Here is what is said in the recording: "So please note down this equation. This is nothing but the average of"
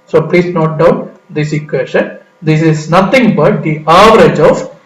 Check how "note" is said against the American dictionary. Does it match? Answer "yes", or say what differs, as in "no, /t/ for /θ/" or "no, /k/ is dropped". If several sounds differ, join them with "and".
yes